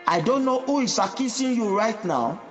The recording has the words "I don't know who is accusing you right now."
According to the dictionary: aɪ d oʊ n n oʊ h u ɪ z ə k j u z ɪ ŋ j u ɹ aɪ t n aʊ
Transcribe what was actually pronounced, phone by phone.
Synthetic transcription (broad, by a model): aɪ d oʊ n n oʊ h u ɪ s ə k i s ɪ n j u ɹ aɪ t n aʊ